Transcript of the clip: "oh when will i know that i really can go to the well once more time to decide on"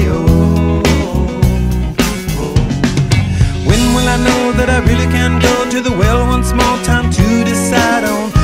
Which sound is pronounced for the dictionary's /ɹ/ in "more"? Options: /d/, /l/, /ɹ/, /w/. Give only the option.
/l/